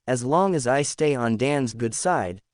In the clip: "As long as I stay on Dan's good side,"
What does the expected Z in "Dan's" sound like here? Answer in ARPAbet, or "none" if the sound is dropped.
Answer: Z